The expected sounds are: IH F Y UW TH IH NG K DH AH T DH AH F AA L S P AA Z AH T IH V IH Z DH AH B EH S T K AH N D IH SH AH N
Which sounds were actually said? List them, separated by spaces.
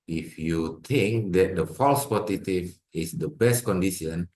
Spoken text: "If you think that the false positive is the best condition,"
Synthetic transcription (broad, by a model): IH F Y UW T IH NG K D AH T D AH F AA L S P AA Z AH T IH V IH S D AH B EH S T K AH N D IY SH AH N